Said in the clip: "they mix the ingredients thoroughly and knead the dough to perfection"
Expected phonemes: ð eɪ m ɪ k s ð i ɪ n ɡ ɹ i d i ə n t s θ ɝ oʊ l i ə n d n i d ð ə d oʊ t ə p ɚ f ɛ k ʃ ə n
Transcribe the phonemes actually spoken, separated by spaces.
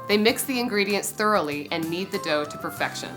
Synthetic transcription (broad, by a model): ð eɪ m ɪ k s ð i ɪ n ɡ ɹ i d i ə n t s θ ɝ oʊ l i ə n n i d ð ə d oʊ t ə p ɚ f ɛ k ʃ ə n